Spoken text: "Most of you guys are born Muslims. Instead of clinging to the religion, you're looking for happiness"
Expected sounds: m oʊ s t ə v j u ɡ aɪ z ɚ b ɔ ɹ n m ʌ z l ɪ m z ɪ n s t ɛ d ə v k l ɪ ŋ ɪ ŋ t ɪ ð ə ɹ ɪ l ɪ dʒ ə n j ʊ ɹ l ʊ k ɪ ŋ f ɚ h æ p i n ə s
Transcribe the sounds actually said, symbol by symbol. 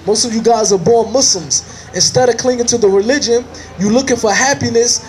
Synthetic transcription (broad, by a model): m oʊ s t ə v j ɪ ɡ aɪ z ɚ b ɔ ɹ n m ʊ s l m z ɪ n s t ɛ d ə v k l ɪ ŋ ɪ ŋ t ɪ ð ə ɹ ɪ l ɪ dʒ ə n j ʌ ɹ l ʊ k ɪ ŋ f ɚ h æ p i n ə s